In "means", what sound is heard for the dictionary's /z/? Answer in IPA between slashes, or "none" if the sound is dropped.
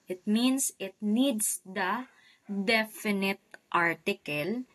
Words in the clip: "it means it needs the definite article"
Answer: /s/